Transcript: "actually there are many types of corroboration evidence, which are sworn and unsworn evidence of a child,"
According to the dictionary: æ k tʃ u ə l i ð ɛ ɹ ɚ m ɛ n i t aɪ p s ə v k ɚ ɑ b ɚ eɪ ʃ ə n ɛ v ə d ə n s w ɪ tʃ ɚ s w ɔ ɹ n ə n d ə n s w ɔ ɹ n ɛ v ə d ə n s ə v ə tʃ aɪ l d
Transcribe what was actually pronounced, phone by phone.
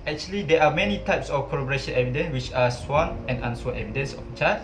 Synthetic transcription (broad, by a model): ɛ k tʃ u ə l i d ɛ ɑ m ɛ n i t aɪ p s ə f k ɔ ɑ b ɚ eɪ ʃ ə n ɛ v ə d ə n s w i tʃ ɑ s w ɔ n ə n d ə n s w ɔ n ɛ v ə d ə n s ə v ə tʃ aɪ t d